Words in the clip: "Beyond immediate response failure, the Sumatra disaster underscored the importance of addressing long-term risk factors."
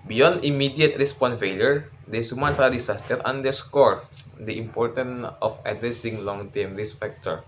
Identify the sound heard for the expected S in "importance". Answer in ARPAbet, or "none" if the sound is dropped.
none